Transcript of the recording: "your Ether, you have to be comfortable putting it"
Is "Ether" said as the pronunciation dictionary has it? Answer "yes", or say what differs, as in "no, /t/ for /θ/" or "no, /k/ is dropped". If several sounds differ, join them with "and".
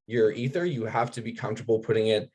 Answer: yes